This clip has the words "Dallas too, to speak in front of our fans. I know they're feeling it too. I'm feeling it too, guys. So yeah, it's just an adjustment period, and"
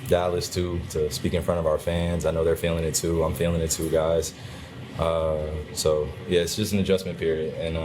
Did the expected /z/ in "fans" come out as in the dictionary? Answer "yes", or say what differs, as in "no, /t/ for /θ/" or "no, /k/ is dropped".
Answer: yes